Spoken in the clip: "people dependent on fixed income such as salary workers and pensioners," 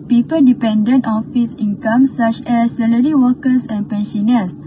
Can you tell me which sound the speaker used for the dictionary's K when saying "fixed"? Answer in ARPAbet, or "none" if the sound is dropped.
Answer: none